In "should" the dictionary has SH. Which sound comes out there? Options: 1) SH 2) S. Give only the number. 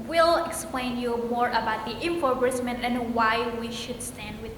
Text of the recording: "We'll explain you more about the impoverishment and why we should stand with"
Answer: 1